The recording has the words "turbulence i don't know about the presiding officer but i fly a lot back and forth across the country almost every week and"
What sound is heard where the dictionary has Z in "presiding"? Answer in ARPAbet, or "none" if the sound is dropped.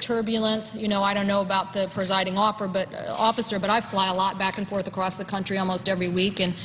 Z